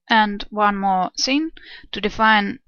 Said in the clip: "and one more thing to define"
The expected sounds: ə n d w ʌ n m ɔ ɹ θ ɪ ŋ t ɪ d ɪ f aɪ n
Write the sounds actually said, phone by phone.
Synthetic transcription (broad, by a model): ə n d w ʌ n m ɔ ɹ s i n t ɪ d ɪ f aɪ n